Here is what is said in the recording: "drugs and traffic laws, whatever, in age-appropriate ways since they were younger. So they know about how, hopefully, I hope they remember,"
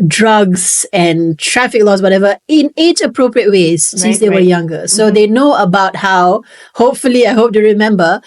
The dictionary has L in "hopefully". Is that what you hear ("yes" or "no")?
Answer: yes